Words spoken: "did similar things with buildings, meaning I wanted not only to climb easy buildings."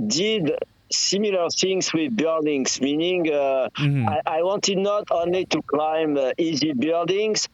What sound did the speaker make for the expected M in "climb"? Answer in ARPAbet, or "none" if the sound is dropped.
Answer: M